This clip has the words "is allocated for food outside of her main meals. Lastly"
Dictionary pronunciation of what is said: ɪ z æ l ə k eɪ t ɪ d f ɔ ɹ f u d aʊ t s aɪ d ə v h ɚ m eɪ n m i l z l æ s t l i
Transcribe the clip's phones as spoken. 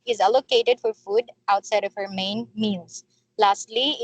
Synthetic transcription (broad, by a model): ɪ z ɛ l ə k eɪ t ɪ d f ɔ ɹ f u d aʊ t s aɪ d ə v h ɚ m eɪ n m i l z l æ s t l i